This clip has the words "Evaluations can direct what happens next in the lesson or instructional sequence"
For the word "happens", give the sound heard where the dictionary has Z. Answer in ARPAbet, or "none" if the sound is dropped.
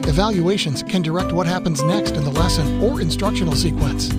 Z